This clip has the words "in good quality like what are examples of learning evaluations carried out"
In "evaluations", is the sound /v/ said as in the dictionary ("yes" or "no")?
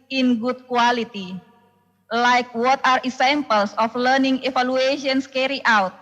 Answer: no